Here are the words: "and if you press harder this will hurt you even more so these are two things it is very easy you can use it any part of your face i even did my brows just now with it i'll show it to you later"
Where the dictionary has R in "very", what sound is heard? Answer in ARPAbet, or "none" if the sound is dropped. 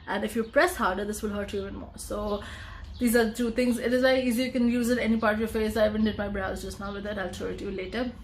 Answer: none